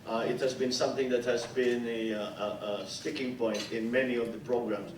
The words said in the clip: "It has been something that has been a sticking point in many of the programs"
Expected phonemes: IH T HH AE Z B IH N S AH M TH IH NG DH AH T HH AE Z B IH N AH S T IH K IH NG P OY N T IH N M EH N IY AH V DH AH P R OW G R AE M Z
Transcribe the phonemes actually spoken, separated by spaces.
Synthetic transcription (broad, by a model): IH T HH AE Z B IH N S AH M TH IH NG DH AH T HH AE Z B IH N AH S T IH K IH NG P OY N T IH N M EH N IY AH V DH AH P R OW G R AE M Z